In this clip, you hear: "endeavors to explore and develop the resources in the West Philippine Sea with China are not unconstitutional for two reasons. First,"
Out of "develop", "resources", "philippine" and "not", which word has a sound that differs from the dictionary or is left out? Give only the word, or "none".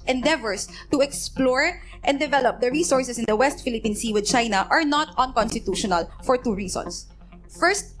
resources